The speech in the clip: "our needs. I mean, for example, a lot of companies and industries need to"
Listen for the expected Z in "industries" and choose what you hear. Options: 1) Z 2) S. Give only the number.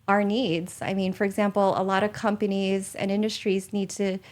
1